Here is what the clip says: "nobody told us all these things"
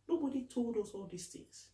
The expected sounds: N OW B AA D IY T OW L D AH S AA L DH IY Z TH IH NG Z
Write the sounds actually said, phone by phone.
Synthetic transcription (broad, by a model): N OW B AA D IY T OW L D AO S AA L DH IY S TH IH NG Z